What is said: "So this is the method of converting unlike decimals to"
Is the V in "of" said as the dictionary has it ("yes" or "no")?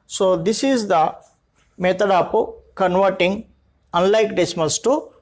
no